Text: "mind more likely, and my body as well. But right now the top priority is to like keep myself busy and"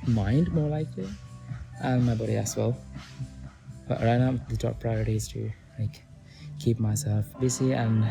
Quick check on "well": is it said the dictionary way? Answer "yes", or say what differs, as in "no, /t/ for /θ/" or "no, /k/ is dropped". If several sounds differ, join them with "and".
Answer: yes